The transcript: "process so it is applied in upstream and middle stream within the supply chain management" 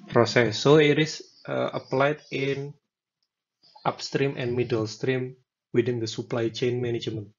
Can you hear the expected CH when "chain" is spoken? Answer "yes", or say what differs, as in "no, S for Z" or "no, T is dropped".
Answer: yes